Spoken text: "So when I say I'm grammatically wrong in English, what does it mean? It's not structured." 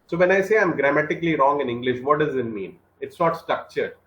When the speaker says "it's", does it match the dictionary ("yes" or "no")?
yes